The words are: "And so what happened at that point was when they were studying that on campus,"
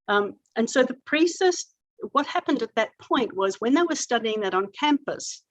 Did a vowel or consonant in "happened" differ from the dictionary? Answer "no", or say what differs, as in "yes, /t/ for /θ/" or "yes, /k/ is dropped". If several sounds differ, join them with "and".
no